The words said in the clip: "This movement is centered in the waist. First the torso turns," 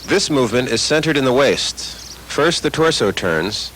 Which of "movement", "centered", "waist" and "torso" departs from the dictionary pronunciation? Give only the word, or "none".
none